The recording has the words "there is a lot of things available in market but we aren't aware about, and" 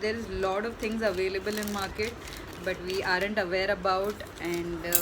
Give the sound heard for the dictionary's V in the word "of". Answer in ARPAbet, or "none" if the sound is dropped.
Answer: V